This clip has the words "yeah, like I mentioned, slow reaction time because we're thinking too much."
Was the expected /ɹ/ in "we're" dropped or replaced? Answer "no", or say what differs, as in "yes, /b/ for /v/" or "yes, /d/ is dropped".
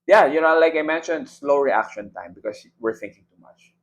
no